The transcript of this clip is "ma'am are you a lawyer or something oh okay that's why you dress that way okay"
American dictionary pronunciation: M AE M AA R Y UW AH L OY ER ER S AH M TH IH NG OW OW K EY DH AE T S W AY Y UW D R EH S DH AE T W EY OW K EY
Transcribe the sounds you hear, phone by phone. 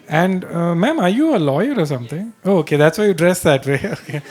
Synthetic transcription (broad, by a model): M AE M AA R Y UW AH L OY ER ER S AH M T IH NG OW OW K EY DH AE T S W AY Y UW D R EH S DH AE T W EY OW K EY